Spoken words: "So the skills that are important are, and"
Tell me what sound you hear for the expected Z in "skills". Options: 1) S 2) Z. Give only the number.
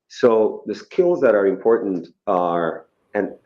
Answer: 2